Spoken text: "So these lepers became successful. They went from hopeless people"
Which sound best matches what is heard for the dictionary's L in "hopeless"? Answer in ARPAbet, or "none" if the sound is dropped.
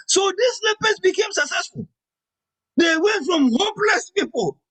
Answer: L